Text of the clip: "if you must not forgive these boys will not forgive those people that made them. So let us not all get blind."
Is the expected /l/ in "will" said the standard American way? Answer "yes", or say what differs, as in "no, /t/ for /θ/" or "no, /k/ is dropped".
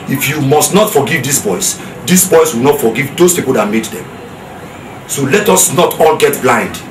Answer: no, /w/ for /l/